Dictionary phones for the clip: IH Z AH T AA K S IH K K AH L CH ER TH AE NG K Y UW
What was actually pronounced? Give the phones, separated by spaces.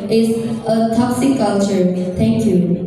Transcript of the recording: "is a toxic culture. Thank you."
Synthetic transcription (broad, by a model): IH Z AH T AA K S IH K K AH L CH ER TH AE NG K Y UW